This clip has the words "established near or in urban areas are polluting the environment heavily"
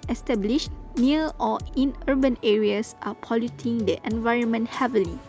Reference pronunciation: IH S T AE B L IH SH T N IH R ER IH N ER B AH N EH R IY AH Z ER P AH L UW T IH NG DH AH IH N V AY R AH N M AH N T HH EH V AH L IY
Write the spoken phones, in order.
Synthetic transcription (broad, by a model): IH S T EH B L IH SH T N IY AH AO IH N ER B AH N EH R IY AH S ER P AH L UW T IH NG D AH IH N V AY R AH N M AH N T HH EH V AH L IY